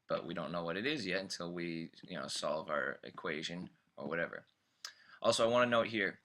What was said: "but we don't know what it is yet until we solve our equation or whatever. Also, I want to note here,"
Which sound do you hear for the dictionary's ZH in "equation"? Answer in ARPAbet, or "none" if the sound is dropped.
ZH